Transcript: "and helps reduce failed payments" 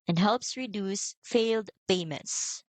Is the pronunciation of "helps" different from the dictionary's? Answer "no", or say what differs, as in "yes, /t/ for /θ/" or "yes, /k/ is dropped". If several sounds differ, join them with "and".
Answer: no